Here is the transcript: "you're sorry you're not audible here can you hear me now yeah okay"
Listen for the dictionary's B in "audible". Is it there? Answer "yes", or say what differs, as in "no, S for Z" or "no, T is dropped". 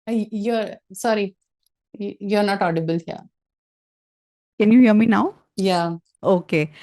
yes